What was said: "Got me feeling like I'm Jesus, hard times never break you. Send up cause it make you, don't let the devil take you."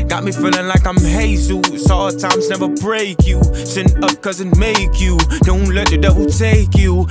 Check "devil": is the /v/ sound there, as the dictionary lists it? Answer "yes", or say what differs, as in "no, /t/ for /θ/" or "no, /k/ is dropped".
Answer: no, /w/ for /v/